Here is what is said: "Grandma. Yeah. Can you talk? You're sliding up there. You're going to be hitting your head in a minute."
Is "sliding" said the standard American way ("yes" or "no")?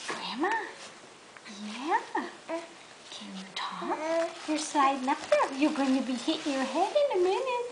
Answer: no